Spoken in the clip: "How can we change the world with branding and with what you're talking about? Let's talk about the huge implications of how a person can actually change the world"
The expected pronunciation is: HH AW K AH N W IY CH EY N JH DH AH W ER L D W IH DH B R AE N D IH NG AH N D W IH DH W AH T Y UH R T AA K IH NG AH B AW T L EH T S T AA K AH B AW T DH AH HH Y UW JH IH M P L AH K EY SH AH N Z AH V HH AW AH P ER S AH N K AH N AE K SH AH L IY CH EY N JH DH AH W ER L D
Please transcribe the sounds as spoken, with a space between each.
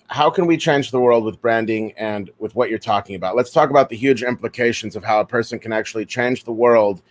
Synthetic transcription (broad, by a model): HH AW K AH N W IY CH EY N JH DH AH W ER L D W IH DH B R AE N D IH NG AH N W IH DH W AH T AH R T AA K IH NG AH B AW T L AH T S T AA K AH B AW T DH AH HH Y UW JH IH M P L AH K EY SH AH N Z AH V HH AW AH P ER S AH N K AH N AE K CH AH L IY CH EY N JH DH AH W ER L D